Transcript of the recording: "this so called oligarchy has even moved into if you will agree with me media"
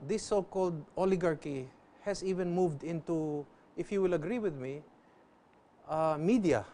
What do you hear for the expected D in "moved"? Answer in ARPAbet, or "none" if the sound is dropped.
D